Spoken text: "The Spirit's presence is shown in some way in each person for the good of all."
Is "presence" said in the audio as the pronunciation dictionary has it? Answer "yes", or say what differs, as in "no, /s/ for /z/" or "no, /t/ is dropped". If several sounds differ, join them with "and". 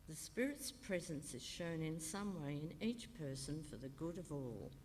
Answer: yes